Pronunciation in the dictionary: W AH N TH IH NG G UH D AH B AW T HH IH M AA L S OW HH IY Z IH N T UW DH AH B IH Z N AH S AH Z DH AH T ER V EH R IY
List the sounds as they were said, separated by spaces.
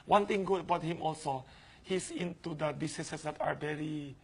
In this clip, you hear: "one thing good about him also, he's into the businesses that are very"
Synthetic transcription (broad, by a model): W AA N T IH NG G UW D AH B AW T HH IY M AA L S OW HH IY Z IH N T UW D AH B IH S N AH S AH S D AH T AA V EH R IY